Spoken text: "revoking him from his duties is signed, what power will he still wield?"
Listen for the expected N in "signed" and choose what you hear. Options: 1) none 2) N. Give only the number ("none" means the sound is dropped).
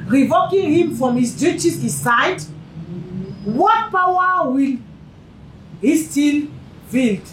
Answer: 1